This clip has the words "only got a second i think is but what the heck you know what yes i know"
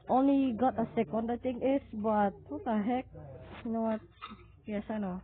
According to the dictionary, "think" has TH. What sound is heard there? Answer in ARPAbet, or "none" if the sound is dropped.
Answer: T